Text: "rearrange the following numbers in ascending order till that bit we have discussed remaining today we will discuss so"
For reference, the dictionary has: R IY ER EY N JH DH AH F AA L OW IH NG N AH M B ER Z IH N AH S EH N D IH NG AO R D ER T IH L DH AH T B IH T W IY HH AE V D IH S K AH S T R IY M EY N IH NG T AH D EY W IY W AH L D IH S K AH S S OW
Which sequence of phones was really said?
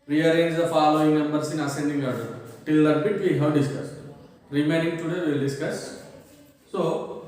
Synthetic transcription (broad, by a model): R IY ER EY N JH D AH F AA L OW IH NG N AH M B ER S IH N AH S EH N D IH NG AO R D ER T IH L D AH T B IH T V IY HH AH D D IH S K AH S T R IY M EY N IH NG T AH D EY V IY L D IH S K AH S S OW